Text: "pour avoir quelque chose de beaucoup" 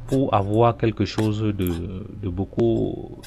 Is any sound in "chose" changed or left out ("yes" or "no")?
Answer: yes